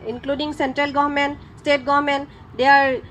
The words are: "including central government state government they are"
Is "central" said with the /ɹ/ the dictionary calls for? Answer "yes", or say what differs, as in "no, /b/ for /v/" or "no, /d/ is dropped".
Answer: yes